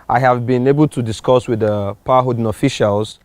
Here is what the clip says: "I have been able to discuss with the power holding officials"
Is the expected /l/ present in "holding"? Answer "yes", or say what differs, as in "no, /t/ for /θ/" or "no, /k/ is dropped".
no, /l/ is dropped